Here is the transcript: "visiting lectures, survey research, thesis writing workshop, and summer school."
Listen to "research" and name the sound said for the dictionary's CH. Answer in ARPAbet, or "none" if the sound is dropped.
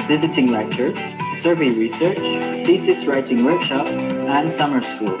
CH